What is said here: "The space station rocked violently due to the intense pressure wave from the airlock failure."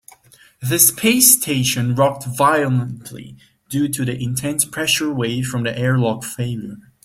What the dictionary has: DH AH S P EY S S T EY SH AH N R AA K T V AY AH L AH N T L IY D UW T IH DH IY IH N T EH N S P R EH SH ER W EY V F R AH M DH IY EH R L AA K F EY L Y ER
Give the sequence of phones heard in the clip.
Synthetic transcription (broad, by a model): DH AH S P EY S S T EY SH AH N R AA K T V AY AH L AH N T L IY D UW T IH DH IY IH N T EH N S P R EH SH ER W EY F R AH M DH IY EH R L AA K F EY L Y ER